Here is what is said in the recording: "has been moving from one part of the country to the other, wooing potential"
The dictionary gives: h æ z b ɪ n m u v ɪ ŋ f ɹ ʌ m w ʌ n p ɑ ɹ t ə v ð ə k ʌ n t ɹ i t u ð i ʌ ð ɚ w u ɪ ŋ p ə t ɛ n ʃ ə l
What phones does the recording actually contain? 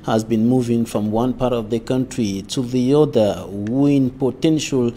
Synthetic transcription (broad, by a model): h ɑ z b ɪ n m u v ɪ ŋ f ɹ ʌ m w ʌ n p ɑ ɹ t ə v ð ə k ʌ n t ɹ i t u ð i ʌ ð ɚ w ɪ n p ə t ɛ n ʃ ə l